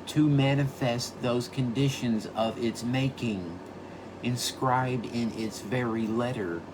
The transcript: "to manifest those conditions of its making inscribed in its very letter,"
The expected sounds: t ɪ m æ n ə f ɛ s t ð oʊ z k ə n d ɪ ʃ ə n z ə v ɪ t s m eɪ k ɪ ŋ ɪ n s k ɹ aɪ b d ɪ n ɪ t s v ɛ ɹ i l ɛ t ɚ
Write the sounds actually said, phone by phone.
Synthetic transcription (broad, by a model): t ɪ m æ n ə f ɛ s t ð oʊ z k ə n d ɪ ʃ ə n z ə v ɪ t s m eɪ k ɪ ŋ ɪ n s k ɹ aɪ b d ɪ n ɪ t s v ɛ ɹ i l ɛ t ɚ